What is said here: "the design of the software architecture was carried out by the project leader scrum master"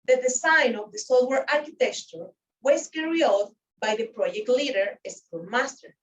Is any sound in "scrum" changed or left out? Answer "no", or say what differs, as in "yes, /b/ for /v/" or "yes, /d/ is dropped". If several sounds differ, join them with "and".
yes, /ɹ/ is dropped